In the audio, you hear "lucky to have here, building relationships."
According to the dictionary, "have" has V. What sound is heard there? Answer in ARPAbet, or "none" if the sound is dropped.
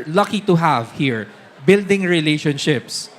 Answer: V